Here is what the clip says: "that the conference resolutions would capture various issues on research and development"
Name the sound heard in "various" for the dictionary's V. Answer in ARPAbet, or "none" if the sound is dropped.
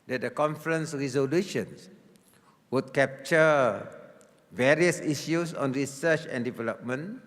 V